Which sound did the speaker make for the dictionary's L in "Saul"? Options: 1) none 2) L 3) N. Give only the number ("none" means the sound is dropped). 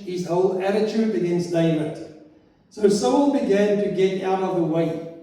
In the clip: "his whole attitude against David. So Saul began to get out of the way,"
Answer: 3